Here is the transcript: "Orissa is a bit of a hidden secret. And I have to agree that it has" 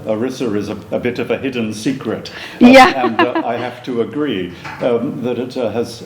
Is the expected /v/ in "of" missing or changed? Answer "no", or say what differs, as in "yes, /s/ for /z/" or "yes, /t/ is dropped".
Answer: no